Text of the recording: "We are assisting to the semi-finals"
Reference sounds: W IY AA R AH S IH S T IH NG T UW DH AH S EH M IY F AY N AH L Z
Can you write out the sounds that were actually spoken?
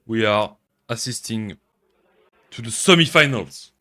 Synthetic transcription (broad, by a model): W IY AA R AH S IH S T IH NG T UW DH AH S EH M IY F AY N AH L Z